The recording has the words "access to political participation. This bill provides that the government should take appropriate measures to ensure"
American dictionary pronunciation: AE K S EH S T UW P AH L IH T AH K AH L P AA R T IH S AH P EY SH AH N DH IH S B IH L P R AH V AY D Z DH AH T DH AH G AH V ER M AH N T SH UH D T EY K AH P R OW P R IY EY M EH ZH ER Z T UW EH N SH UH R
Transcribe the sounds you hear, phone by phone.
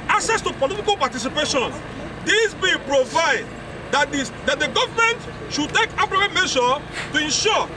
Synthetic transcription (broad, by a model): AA K S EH S T UW P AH L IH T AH K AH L P AA T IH S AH P EY SH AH N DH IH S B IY P R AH V AY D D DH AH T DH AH G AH V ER M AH N T SH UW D T EY K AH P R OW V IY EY M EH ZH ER T UW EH N SH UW